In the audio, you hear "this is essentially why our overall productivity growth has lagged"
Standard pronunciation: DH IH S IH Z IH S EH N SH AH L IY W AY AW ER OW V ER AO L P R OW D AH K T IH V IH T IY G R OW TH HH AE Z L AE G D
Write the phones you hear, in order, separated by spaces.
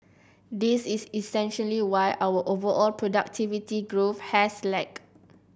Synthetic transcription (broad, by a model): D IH S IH S IH S EH N SH AH L IY W AY AW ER OW V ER AO L P R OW D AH K T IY V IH T IY G R OW F HH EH S L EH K